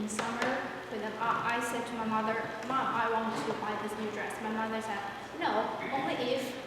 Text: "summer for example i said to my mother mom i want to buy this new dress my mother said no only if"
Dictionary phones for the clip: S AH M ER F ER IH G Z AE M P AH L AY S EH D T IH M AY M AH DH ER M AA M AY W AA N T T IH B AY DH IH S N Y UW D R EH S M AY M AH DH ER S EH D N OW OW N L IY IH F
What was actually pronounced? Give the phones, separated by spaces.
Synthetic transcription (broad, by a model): S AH M ER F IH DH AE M AH AY S EH D T IH M AY M AH DH ER M AA M AY W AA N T T IH B AY DH IH S N Y UW D R EH S M AY M AH DH ER S EH D N OW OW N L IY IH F